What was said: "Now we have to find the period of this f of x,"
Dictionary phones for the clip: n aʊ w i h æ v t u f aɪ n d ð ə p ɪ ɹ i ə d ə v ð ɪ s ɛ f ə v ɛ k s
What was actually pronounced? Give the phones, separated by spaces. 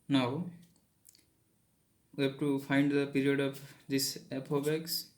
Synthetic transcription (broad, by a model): n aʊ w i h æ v t u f aɪ n d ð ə p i ɹ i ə d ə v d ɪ s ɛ p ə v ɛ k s